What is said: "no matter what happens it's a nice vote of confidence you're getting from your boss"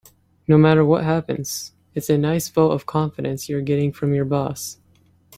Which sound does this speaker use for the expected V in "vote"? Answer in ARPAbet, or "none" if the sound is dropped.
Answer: F